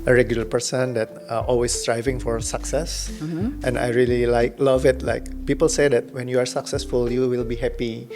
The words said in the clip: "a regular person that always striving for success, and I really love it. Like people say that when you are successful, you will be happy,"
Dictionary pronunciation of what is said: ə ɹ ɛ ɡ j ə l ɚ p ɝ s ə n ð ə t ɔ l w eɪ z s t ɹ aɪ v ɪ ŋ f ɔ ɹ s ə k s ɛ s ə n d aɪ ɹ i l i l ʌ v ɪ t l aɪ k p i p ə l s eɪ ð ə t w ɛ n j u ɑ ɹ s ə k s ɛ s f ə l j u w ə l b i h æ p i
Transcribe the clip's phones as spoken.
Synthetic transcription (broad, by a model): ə ɹ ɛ ɡ j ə l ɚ p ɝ s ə n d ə t ɔ l w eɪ s t ɹ aɪ v ɪ ŋ f ɔ ɹ s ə k s ɛ s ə n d aɪ ɹ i l i l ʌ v ɪ t l aɪ k p i p ə l s eɪ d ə t w ɛ n j u ɑ ɹ s ə k s ɛ s f ə l j u w ə l b i h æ p i